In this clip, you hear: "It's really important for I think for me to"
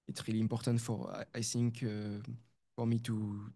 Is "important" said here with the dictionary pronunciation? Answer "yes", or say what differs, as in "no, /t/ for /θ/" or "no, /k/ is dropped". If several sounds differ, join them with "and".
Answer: yes